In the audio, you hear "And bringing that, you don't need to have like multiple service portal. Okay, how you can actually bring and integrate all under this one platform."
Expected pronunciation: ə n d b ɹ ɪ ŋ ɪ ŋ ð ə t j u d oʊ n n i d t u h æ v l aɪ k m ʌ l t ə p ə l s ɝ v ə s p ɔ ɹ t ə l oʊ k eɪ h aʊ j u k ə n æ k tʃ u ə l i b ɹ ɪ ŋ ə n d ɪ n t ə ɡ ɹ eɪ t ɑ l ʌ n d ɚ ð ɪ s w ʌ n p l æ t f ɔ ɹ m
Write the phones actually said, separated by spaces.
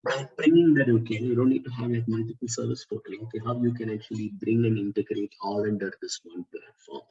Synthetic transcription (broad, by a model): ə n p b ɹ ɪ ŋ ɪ ŋ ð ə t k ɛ d oʊ n n i d t u h æ v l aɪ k m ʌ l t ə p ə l s ɝ v ə s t ɔ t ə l oʊ k eɪ h aʊ j u k ə n æ k tʃ u ə l i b ɹ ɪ ŋ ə n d ɪ n t ə ɡ ɹ eɪ t ɑ l ʌ n d ɚ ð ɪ s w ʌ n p l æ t f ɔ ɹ m